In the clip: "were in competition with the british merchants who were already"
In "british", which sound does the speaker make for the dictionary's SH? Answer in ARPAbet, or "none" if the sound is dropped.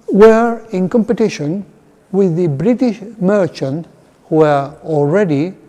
SH